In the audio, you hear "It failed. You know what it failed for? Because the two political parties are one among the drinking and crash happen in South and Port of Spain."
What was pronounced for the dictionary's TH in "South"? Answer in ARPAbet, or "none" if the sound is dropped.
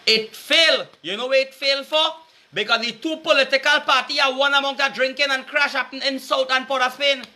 T